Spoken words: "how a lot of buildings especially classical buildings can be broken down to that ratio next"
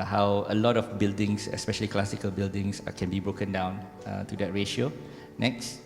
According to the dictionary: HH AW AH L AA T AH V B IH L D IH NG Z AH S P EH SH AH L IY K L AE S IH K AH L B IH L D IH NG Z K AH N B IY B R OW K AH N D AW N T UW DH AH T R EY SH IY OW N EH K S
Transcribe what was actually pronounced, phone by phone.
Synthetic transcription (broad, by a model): HH AW AH L AA T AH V B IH L D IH NG S AH S P EH SH AH L IY K L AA S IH K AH L B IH L D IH NG S K AH N B IY B R OW K AH N D AW N T UW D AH T R EY SH IY OW N EH K S